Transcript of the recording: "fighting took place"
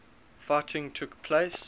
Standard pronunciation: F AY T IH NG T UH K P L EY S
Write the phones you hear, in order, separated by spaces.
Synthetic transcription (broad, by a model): F AY T IH NG T UH K P L EY S